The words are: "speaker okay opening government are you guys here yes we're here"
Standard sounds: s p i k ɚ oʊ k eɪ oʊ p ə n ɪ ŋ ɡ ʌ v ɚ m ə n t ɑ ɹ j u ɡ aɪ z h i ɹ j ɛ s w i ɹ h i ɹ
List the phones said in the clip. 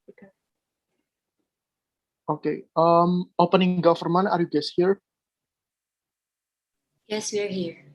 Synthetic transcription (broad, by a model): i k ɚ oʊ k eɪ oʊ p ə n ɪ ŋ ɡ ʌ f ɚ m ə n ɑ ɹ j u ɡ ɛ s h i ɹ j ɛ s w i ɹ h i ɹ